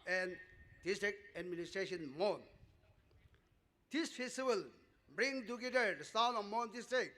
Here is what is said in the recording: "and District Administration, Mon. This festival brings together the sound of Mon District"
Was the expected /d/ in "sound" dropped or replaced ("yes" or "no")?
yes